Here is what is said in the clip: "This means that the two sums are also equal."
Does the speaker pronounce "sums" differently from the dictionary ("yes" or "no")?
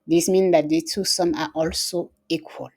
yes